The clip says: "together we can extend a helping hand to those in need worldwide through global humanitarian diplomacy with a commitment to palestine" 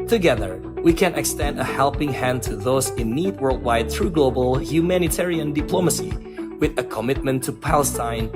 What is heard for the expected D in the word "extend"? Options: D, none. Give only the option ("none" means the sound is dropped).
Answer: D